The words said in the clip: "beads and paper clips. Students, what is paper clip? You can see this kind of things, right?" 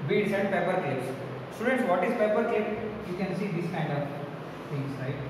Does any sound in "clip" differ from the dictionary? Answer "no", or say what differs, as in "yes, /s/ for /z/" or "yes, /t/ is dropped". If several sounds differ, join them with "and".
yes, /l/ is dropped